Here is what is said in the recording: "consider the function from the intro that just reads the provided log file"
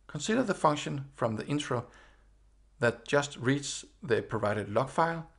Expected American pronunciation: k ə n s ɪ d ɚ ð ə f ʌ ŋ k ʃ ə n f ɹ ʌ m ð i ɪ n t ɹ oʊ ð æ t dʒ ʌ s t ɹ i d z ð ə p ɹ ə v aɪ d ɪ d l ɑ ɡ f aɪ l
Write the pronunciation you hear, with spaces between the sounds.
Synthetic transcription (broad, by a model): k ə n s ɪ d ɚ ð ə f ʌ ŋ k ʃ ə n f ɹ ʌ m ð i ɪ n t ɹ oʊ ð æ t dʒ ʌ s t ɹ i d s ð ə p ɹ ə v aɪ d ɪ d l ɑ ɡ f aɪ l